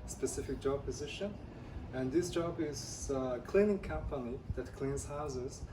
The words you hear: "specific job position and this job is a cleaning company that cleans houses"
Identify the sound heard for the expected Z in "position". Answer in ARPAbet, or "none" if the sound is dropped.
Z